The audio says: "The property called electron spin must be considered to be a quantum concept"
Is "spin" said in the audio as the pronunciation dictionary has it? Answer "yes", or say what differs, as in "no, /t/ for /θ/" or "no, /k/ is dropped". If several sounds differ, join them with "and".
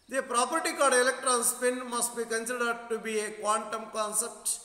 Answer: yes